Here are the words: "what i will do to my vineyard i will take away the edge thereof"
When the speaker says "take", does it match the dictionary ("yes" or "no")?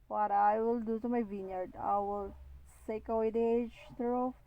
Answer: no